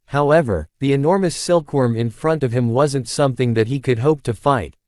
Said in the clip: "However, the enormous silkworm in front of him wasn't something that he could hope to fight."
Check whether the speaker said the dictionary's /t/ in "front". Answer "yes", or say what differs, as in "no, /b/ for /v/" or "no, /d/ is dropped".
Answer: yes